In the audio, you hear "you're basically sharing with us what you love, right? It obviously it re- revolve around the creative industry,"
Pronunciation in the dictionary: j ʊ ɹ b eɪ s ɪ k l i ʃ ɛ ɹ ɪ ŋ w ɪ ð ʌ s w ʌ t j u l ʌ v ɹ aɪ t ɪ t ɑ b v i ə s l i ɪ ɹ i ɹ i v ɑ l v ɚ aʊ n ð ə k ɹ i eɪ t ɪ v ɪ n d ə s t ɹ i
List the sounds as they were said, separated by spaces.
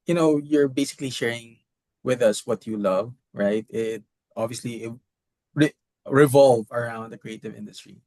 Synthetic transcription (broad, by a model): j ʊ ɹ b eɪ s ɪ k l i ʃ ɛ ɹ ɪ ŋ w ɪ ð ʌ s w ʌ t j u l ʌ v ɹ aɪ t ɪ t ɑ b v i ə s l i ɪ ɹ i ɹ i v ɑ l v ɚ aʊ n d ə k ɹ i eɪ t ɪ v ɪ n d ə s t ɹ i